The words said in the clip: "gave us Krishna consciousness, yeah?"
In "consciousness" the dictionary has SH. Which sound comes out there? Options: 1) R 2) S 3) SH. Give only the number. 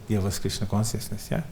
2